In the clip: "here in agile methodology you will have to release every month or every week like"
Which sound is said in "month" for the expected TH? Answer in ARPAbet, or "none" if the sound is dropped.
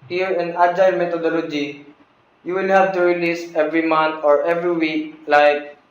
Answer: T